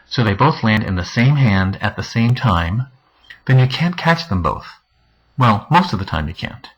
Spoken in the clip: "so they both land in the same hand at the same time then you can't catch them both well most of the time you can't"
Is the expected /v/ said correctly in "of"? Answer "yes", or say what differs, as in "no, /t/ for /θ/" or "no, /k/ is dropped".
yes